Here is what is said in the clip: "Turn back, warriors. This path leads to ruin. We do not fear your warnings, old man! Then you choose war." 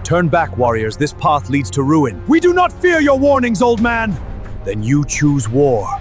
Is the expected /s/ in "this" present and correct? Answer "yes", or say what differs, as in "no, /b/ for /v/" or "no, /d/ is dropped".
yes